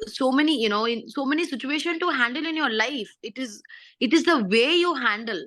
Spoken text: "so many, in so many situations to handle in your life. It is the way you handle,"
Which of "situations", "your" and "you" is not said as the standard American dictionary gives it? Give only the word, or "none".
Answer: situations